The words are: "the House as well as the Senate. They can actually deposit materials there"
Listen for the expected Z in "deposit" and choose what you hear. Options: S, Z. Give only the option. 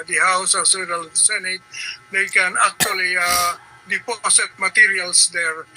S